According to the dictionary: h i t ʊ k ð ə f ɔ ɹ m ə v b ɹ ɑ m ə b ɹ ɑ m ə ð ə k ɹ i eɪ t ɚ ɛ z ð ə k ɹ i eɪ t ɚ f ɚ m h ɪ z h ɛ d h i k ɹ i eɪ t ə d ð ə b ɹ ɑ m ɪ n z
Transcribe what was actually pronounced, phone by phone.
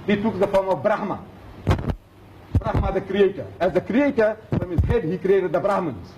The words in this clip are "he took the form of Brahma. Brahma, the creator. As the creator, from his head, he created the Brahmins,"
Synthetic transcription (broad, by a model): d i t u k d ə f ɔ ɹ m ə f b ɹ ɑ m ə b ɹ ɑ m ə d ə k ɹ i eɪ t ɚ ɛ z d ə k ɹ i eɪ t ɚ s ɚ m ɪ s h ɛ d h i k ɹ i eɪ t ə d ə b ɹ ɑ m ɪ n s